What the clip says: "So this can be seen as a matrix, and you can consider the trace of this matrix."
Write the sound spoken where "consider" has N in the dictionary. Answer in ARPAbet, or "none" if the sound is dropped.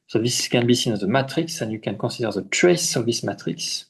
none